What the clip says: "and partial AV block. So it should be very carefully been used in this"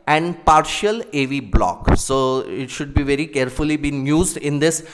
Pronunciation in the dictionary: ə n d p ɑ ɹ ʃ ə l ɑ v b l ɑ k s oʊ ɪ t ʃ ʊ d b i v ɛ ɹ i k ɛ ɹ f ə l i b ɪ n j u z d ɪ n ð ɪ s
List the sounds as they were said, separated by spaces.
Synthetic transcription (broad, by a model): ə n d p ɑ ɹ ʃ ə l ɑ v b l ɑ k s oʊ ɪ t ʃ ʊ d b i v ɛ ɹ i k ɛ ɹ f ə l i b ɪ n j u z d ɪ n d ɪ s